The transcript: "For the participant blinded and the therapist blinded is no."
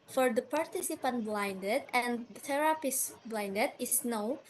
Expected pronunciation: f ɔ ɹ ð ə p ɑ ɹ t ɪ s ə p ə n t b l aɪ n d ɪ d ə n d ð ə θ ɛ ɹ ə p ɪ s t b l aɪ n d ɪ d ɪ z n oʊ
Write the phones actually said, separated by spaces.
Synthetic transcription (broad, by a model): f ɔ ɹ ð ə p ɑ ɹ t ɪ s ə p ə n t b l aɪ n d ɪ d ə n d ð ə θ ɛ ɹ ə p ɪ s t b l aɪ n d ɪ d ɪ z n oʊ